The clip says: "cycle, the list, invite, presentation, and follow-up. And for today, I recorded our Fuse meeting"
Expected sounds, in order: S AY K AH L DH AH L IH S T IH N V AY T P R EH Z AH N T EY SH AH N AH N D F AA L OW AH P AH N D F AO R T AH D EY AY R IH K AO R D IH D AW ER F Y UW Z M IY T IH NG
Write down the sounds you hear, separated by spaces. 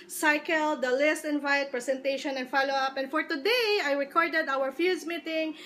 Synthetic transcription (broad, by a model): S AY K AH L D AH L IH S T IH N V AY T P R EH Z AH N T EY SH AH N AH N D F AA L OW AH P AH N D F AO R T AH D EY AY R IH K AO R D IH D AW ER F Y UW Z M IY T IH NG